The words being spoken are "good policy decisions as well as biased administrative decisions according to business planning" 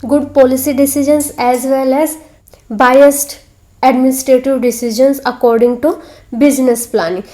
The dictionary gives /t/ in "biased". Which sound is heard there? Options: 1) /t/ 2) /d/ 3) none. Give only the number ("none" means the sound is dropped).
1